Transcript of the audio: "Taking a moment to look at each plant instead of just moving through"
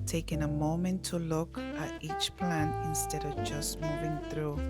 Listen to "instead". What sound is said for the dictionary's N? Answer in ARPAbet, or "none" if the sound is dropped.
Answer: N